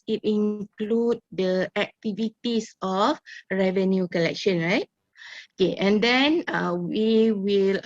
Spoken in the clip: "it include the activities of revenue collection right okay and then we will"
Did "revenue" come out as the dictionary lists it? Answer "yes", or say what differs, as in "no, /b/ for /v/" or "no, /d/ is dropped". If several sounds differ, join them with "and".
yes